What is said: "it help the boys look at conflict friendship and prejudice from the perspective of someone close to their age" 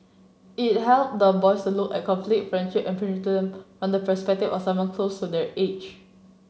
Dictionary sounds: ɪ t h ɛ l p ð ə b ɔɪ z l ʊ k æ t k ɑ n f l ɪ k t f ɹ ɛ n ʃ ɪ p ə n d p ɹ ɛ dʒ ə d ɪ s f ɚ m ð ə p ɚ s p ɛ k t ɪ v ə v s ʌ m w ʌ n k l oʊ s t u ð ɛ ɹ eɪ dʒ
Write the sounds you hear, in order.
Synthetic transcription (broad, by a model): ɪ t h ɛ l p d ə b ɔɪ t l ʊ k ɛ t k ɑ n f l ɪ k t f ɹ ɛ n ʃ ɪ p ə n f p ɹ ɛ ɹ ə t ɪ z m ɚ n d ə p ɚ s p ɛ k t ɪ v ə f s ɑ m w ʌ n k l oʊ s t u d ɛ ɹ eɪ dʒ